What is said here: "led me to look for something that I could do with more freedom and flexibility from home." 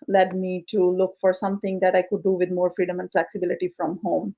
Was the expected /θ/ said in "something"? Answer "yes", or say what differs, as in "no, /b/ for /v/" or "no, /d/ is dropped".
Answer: no, /t/ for /θ/